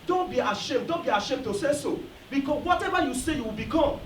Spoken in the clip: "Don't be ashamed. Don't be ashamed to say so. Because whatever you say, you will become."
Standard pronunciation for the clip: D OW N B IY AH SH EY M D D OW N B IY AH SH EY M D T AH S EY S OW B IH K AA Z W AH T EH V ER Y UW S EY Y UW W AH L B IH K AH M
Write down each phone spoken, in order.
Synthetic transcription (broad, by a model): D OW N B IY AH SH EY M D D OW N B IY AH SH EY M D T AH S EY S OW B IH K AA W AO T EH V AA Y UW S EY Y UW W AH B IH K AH